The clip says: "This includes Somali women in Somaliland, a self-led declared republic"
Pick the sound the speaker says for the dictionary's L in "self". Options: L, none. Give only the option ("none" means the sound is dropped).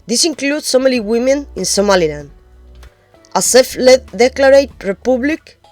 none